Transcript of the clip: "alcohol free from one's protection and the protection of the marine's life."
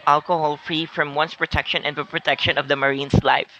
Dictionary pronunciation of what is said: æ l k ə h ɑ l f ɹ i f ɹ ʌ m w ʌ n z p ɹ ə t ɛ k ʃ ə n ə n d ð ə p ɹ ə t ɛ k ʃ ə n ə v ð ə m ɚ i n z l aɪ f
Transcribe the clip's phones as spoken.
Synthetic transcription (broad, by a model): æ l k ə h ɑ l f ɹ i f ɹ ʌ m w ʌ n s p ɹ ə t ɛ k ʃ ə n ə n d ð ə p ɹ ə t ɛ k ʃ ə n ə v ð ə m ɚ i n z l aɪ f